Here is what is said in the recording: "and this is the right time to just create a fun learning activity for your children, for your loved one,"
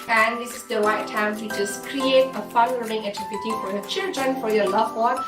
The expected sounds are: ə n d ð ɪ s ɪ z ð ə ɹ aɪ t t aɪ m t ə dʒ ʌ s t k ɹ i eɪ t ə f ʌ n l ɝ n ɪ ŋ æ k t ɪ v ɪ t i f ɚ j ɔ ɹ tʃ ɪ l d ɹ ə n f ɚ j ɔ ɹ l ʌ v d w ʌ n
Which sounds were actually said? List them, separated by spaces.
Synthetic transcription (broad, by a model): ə n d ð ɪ s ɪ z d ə w aɪ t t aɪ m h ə dʒ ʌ s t k ɹ i eɪ t ə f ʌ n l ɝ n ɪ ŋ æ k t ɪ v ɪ t i f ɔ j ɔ tʃ ɪ l d ɹ ə n f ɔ j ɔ l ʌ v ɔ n